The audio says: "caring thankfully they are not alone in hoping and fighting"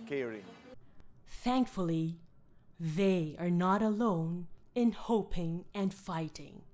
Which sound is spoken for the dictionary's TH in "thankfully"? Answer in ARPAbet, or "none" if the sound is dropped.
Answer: TH